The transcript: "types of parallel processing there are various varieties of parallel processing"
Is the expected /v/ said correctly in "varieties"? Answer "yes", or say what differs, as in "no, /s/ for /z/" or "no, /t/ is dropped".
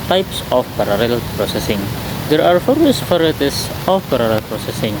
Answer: no, /p/ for /v/